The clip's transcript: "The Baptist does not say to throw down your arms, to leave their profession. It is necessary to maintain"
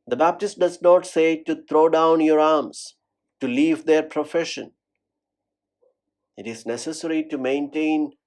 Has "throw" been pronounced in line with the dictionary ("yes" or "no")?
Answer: no